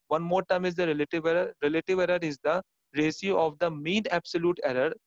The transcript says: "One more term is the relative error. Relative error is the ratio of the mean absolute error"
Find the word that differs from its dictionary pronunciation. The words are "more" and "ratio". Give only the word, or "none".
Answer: ratio